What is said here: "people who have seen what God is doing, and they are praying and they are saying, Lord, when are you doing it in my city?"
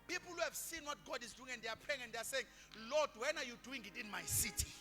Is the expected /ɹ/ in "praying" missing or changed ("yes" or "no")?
yes